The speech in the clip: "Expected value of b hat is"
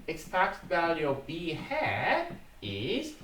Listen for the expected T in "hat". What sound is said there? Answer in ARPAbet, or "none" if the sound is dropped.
none